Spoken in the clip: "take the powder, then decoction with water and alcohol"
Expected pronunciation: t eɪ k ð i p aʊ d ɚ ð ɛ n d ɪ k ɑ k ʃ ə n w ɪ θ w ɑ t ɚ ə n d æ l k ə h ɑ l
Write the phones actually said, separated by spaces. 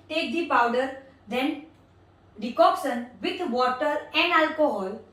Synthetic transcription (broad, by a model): t eɪ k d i p aʊ d ɚ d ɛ n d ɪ k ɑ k s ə n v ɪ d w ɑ t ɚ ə n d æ l k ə h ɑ l